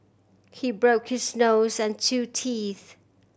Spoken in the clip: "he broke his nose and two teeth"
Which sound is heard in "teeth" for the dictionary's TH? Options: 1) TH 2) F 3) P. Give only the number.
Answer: 1